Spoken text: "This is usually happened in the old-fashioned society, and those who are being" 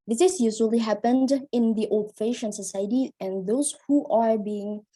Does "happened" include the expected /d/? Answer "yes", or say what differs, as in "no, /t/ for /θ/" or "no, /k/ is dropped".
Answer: yes